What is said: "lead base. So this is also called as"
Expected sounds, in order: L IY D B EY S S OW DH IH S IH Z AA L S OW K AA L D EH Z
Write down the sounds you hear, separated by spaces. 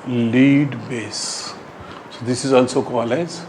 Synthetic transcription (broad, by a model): L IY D B EY S S OW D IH S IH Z AA L S OW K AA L EH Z